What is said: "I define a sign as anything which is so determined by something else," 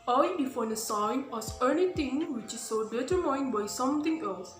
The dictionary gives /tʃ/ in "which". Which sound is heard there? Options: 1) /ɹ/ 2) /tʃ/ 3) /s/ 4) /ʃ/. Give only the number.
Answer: 2